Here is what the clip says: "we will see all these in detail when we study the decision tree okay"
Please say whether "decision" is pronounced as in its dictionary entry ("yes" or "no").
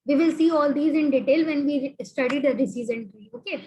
no